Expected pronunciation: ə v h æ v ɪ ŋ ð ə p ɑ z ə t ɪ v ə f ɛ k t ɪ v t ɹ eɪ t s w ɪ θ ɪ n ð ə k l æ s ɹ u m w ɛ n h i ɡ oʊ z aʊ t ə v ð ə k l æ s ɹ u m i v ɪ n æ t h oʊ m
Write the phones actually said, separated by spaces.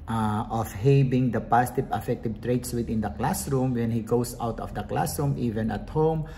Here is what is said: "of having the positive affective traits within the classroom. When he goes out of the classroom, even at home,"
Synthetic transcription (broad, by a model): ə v h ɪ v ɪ ŋ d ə p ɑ s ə t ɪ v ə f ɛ k t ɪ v t ɹ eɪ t s w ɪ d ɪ n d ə k l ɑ s ɹ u m w ɛ n h i ɡ oʊ s aʊ t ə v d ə k l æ s ɹ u m i v ɪ n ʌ t h oʊ m